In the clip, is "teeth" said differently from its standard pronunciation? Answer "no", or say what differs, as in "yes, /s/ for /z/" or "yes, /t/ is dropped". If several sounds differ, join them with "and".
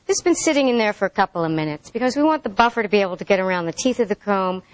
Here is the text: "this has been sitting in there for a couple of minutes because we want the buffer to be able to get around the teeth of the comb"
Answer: no